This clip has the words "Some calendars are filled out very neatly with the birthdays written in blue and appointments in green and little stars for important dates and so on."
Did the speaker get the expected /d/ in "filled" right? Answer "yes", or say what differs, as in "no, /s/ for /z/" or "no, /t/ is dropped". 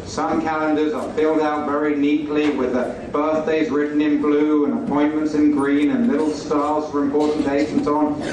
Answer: yes